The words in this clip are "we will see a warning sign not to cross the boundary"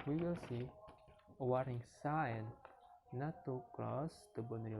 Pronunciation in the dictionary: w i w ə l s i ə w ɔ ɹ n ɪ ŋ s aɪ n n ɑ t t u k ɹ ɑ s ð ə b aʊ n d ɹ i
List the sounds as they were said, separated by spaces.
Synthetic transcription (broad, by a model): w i w ə l s i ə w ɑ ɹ ɪ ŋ s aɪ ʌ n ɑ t t u k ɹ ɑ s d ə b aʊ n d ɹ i